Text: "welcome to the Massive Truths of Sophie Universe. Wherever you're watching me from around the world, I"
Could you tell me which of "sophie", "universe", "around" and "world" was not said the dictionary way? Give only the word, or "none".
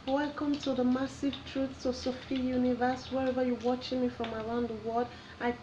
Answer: world